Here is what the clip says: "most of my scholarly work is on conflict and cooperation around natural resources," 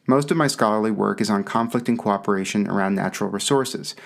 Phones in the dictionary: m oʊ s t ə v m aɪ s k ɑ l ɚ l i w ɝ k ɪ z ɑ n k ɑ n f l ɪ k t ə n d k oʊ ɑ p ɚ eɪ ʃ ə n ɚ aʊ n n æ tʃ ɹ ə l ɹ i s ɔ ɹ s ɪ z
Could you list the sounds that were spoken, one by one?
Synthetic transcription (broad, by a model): m oʊ s t ə v m aɪ s k ɑ l ɚ l i w ɝ k ɪ z n k ɑ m f l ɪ k t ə n k oʊ ɑ p ɚ eɪ ʃ ə n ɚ aʊ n n æ tʃ ɹ l ɹ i s ɔ ɹ s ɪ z